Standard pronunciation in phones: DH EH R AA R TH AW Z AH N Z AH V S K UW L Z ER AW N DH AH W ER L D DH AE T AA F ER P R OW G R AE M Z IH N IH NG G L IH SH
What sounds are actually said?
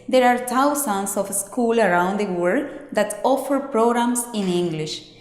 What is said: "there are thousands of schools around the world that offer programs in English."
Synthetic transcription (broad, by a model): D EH R AA R T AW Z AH N S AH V S K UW L ER AW N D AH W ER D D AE T AA F ER P R OW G R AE M S IH N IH NG G L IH SH